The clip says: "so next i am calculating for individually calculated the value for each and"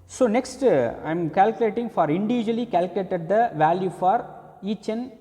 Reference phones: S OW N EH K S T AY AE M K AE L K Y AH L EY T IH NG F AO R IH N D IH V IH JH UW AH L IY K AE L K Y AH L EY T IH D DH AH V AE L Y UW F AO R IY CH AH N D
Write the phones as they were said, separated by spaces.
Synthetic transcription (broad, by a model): S OW N EH K S T AY M K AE L K Y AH L EY T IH NG F AO R IH N D IH V IH JH UW AH L IY K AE L K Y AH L EY T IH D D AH V AE L Y UW F AO R IY CH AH N